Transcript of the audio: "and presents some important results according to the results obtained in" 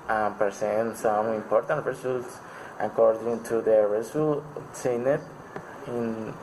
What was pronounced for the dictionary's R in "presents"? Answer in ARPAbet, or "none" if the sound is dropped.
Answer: none